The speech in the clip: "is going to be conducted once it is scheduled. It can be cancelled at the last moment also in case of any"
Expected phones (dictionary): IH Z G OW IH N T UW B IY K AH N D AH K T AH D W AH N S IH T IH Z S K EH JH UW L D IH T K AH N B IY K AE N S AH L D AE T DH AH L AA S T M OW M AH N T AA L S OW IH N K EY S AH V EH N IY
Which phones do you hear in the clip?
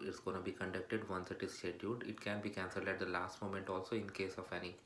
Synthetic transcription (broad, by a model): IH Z G OW IH N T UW B IY K AH N D AH K T AH D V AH N S IH T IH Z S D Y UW D IH T K AH N B IY K AE N S AH L D AE T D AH L AA S T M OW M AH N T AA L S OW IH N K EY S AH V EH N IY